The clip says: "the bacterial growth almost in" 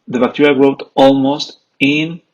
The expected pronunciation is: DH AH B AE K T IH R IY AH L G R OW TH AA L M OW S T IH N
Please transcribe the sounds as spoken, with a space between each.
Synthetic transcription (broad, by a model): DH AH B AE K T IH R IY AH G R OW T AA L M OW S T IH N